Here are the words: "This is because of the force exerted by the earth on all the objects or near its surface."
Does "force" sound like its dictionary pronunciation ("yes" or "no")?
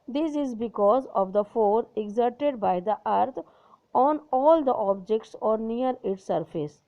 no